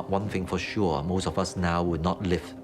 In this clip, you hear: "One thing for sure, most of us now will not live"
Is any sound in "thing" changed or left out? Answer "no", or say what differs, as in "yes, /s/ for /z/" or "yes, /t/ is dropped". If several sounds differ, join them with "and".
no